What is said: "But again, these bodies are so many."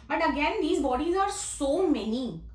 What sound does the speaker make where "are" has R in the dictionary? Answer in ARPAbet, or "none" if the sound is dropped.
R